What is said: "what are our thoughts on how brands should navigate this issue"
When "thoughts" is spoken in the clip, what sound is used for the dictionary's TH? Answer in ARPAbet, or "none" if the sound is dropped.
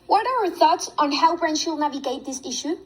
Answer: TH